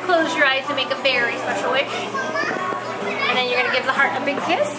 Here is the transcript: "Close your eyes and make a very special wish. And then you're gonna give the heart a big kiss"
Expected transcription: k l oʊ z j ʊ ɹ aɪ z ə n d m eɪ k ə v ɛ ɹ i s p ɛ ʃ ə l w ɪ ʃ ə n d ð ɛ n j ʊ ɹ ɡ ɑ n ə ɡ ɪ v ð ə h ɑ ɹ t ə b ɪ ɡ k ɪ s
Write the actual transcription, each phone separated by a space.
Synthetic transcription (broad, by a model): k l oʊ z j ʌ ɹ aɪ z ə m eɪ k ə f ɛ ɹ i s p ɛ ʃ l w ɪ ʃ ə n ð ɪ n j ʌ ɹ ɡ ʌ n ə ɡ ɪ v ð ə h ɑ ɹ t ə b ɪ ɡ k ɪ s